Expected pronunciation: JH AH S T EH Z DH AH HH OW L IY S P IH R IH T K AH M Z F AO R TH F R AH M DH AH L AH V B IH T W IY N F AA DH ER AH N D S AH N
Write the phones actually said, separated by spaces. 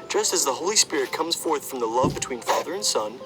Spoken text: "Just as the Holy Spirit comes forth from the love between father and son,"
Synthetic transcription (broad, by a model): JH AH S T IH Z DH AH HH OW L IY S P IH R IH T K AH M Z F AO R TH F R AH M DH AH L AH V B IH T W IY N F AA DH ER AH N S AH N